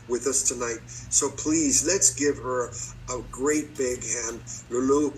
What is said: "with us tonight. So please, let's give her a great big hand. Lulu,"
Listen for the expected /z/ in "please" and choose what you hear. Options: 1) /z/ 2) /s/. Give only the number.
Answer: 1